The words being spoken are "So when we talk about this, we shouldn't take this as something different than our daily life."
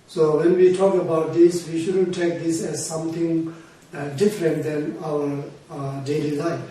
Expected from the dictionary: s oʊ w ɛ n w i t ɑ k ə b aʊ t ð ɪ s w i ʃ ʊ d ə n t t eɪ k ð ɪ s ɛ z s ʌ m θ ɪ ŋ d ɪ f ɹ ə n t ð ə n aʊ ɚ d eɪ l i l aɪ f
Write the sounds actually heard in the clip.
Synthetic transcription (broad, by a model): s oʊ w ɛ n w i t ɑ k ə b aʊ t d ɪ s w i ʃ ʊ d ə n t t eɪ k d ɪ s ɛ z s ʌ m t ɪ ŋ d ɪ f ɹ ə n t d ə n aʊ ɚ d eɪ l i l aɪ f